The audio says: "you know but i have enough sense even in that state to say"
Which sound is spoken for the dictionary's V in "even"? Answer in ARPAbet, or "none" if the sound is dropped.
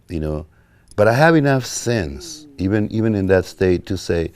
V